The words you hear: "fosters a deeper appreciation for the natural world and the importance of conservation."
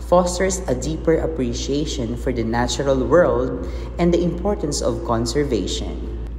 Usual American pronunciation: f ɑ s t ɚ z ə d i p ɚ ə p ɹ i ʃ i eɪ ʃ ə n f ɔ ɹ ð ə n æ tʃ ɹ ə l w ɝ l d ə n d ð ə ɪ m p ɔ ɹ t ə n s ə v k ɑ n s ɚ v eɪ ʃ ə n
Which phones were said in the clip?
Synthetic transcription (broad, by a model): f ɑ s t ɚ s ə d i p ɚ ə p ɹ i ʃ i eɪ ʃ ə n f ɔ ɹ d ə n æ tʃ ɹ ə l w ɝ l d ə n d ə ɪ m p ɔ ɹ t ə n s ə v k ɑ n s ɚ v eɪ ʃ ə n